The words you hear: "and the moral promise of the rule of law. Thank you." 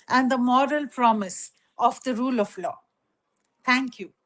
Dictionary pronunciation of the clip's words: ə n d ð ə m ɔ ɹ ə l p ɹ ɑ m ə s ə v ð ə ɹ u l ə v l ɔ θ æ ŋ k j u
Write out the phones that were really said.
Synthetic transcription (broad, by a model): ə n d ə m ɔ ɹ ə l p ɹ ɑ m ə s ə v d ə ɹ u l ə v l ɔ t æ ŋ k j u